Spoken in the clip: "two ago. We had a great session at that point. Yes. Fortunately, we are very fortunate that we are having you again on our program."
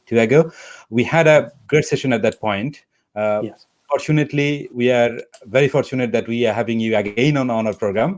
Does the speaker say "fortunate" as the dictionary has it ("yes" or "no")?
yes